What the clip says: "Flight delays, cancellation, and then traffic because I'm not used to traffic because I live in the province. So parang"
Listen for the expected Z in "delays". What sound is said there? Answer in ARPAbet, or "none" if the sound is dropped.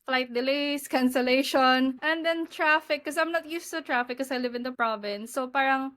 S